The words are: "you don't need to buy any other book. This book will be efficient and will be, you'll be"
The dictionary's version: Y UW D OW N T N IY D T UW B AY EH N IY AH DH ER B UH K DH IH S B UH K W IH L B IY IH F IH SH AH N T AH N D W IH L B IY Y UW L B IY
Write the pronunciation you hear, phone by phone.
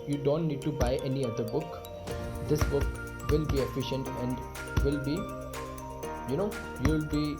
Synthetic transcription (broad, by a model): Y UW D OW N T N IY D T UW B AY EH N IY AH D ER B UH K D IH S B UH K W IH L B IY IH F IH SH AH N T AH N D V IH L B IY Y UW L B IY